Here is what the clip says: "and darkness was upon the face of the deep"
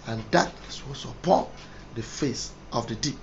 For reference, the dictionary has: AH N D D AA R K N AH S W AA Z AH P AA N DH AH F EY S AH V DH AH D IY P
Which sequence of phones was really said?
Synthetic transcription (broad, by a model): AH N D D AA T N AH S W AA S AH P AA N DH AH F EY S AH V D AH D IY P